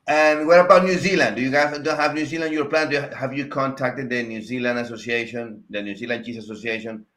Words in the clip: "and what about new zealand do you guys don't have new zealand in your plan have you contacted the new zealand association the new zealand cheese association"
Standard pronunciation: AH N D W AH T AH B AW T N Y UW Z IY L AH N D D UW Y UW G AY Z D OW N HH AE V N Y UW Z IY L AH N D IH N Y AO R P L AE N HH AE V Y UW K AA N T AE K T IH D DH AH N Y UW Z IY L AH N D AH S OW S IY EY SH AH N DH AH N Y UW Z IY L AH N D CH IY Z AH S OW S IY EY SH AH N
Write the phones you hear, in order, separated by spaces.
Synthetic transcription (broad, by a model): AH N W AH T AH B AW T N Y UW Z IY L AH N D D UW Y UW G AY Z D OW N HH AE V N Y UW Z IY L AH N N Y AO R P L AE N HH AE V Y UW K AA N T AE K T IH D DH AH N Y UW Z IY L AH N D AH S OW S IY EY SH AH N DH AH N Y UW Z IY L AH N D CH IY S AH S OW S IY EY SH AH N